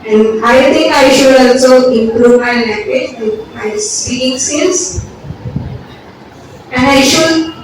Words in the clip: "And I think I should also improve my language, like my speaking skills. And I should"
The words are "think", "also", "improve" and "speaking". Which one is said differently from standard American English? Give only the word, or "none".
think